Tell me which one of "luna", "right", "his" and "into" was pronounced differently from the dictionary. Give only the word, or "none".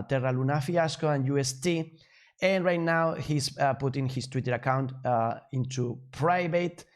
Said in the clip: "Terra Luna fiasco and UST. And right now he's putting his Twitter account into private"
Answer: his